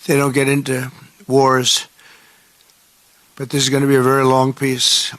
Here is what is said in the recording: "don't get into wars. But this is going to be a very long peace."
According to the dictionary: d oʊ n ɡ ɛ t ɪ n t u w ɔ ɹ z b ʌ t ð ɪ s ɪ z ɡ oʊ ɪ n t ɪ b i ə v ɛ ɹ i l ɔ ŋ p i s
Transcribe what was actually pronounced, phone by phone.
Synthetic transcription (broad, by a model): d oʊ n ɡ ɛ t ɪ n t u w ɔ ɹ z b ʌ t ð ɪ s ɪ z ɡ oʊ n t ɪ b i ə v ɛ ɹ i l ɔ ŋ p i s